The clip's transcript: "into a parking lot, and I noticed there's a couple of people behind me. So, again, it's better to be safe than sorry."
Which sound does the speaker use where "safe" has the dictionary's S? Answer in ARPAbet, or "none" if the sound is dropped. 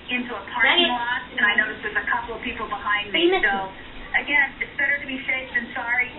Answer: SH